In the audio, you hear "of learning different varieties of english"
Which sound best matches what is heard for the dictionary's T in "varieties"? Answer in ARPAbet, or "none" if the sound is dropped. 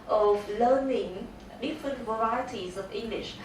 T